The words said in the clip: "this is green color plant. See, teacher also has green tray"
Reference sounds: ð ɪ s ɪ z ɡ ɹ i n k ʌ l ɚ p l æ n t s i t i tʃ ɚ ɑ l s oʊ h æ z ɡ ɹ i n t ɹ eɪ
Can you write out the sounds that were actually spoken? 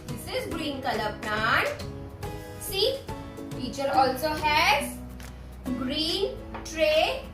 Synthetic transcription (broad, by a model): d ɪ s ɪ z ɡ ɹ i n k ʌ l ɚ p n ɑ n s i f i tʃ ɚ ɑ l s oʊ h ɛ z ɡ ɹ i n t ɹ eɪ